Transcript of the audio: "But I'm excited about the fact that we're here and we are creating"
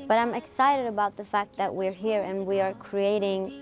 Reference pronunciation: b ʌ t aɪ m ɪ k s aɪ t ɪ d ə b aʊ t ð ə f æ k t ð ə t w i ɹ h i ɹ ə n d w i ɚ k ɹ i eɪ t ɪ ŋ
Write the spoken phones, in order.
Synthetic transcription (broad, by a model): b ʌ t aɪ m ɪ k s aɪ t ɪ d ə b aʊ t ð ə f æ k t ð ə t w i ɹ h i ɹ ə n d w i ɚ k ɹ i eɪ t ɪ ŋ